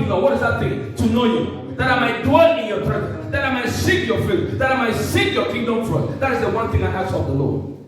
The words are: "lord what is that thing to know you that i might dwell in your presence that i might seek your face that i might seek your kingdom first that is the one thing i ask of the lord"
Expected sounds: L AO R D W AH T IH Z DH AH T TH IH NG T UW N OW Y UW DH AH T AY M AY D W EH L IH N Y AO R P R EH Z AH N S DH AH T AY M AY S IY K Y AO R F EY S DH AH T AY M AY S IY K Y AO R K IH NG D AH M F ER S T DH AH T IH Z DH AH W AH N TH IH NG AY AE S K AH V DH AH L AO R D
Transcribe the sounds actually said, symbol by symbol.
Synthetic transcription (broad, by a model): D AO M W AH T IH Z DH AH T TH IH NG T UW N OW Y UW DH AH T AY M AY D W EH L IH N Y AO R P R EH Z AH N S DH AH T AY M AY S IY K Y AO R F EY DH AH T AY M AY S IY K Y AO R K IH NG D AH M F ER T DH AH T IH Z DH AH W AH N TH IH NG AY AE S AH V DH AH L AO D